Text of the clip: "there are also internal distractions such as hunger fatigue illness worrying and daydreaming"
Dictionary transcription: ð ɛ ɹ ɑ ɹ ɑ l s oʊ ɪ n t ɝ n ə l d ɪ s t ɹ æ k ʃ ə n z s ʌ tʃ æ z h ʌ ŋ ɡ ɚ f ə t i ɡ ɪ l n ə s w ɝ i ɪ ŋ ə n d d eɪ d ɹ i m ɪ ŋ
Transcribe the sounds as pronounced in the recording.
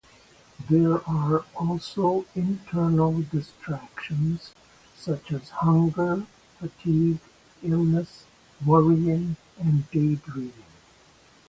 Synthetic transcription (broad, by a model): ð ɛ ɹ ɑ ɹ ɑ l s oʊ ɪ n t ɝ n ə l d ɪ s t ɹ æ k ʃ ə n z s ʌ tʃ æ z h ʌ ŋ ɡ ɚ f ə t i ɡ ɪ l n ə s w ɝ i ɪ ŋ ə n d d eɪ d ɹ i ɪ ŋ